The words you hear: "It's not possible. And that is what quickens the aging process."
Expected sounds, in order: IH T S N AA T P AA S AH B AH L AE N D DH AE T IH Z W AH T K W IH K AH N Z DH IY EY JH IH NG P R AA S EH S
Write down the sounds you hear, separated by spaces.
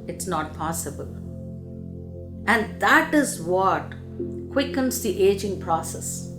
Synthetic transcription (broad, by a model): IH T S N AA T P AA S AH B AH L AE N D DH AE T IH Z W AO T K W IH K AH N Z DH IY EY JH IH NG P R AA S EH S